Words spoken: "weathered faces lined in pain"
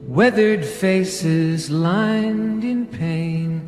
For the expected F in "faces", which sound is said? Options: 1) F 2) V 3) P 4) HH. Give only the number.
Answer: 1